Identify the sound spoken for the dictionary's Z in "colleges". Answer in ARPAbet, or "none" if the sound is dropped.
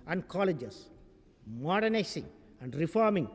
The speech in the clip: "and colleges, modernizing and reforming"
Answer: S